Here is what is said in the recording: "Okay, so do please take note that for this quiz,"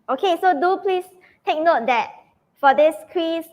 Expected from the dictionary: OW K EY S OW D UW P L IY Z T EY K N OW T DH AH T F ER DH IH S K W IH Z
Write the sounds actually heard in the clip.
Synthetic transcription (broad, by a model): OW K EY S OW D UW P L IY S T EY K N OW T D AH T F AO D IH S K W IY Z